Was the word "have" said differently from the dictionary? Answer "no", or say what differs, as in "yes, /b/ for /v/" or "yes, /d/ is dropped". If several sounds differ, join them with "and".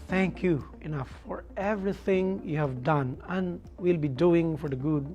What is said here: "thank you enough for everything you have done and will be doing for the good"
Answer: no